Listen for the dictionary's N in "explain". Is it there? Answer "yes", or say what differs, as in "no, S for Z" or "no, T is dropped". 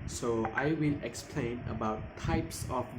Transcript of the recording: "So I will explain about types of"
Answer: yes